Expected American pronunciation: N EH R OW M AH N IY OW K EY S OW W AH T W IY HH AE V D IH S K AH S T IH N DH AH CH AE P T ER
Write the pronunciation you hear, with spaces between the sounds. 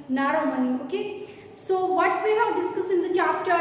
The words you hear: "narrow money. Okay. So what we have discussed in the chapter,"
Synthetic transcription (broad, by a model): N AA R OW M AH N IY OW K EY S OW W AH T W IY HH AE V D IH S K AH S IH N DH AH CH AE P T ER